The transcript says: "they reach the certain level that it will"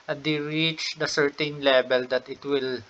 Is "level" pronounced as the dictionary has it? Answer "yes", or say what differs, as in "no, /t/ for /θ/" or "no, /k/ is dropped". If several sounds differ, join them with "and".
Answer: no, /b/ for /v/